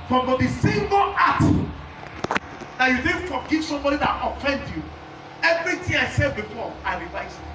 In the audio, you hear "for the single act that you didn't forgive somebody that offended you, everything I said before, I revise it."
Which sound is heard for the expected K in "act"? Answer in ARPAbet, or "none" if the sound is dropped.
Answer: none